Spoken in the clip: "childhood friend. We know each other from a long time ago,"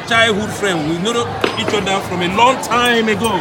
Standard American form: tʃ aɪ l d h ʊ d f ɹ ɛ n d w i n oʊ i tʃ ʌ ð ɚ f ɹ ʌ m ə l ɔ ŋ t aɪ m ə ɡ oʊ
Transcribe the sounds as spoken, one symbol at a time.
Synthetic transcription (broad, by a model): tʃ aɪ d h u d f ɹ ɛ n d w i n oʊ i tʃ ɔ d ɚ f ɹ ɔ m ə l ɔ ŋ t aɪ m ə ɡ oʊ